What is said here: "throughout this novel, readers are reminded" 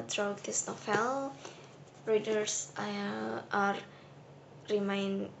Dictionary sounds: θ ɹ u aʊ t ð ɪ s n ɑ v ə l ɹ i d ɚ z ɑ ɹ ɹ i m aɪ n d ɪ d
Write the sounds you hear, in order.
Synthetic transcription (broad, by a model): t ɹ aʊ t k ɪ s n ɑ f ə l ɹ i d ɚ s ɑ ɹ ɹ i m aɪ n